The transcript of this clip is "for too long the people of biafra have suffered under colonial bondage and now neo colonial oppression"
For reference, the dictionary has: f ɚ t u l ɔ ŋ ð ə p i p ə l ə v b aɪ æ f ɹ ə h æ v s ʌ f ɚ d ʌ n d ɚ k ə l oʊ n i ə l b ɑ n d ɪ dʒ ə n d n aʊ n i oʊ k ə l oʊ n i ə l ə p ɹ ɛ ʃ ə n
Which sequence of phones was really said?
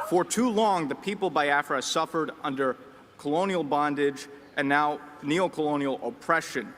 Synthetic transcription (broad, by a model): f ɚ t u l ɔ ŋ ð ə p i p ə l b aɪ æ f ɹ ə s ʌ f ɚ d ʌ n d ɚ k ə l oʊ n i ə l b ɑ n d ɪ dʒ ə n n aʊ n i oʊ k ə l oʊ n i l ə p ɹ ɛ ʃ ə n